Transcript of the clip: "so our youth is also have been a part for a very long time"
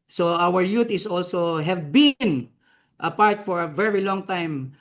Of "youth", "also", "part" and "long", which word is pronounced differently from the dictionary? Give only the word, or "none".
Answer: youth